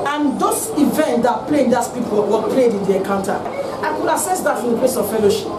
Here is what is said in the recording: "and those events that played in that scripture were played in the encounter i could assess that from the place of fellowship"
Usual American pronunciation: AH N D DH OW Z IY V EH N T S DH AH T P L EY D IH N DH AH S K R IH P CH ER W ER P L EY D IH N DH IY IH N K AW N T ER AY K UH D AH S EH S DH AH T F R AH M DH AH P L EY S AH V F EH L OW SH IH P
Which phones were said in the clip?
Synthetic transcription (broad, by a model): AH N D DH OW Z IY V EH N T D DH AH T P L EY IH N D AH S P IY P AO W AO P L EY D IH N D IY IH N K AW N T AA AY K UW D AH S EH S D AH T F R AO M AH P L EY S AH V F EH L OW SH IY P